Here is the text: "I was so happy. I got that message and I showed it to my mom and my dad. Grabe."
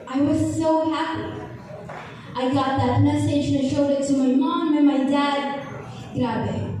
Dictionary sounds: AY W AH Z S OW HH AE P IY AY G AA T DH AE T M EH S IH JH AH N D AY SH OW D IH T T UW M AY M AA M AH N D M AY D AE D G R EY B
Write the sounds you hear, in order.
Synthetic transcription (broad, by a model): AY W AH Z S OW HH AE P IY AY G AA T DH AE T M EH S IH AH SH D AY SH OW D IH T T UW M AY M AA M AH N M AY D AE D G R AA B